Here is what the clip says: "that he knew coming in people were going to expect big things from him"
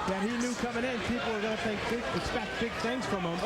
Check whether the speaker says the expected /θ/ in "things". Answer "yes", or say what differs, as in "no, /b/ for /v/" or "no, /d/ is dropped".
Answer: yes